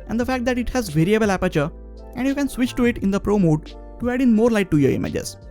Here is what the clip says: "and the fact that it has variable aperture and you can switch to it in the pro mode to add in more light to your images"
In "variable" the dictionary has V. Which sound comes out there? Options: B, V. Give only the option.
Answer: V